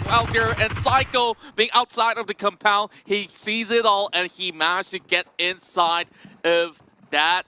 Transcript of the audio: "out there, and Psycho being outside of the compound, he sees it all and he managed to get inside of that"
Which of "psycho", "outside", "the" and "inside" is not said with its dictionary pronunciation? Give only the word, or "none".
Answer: none